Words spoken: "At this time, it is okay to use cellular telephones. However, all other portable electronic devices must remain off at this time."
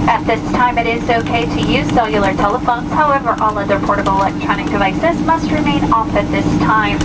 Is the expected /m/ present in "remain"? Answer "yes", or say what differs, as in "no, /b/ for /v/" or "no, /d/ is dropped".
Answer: yes